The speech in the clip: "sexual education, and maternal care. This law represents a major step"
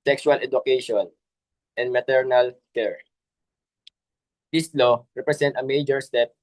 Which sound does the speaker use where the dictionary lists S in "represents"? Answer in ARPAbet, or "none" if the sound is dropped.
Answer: none